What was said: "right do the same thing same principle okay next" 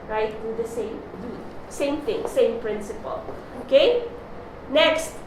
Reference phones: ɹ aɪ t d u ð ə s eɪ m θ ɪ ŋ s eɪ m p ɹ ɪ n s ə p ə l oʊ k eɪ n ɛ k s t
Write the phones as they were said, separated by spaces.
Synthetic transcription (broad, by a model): ɹ aɪ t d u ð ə s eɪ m s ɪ ŋ s eɪ m p ɹ ɪ n s ə p ə l oʊ k eɪ n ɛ k s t